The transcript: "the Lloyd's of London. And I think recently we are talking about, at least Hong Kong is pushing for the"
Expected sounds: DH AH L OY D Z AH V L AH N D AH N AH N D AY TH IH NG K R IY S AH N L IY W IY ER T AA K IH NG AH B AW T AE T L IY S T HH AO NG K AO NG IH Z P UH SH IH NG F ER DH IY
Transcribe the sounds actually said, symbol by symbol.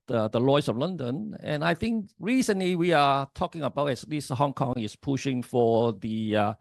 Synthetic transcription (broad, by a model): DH AH L OY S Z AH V L AH N D AH N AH N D AY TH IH NG K R IY S AH N L IY W IY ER T AA K IH NG AH B AW T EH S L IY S HH AO NG K AO NG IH S P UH SH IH NG F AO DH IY